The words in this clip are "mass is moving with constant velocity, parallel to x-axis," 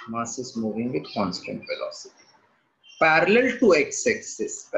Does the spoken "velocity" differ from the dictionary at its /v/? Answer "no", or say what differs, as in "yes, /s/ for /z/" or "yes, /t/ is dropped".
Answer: yes, /f/ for /v/